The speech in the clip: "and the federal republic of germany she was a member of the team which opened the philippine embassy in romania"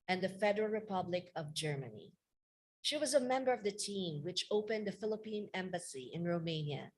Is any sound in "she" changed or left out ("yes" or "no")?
no